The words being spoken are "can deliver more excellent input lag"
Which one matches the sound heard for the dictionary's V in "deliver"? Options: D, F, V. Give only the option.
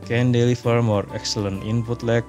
F